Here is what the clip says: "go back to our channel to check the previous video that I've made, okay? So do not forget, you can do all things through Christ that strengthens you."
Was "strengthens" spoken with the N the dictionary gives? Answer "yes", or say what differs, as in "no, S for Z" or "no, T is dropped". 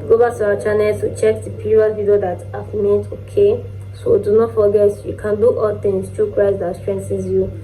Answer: no, N is dropped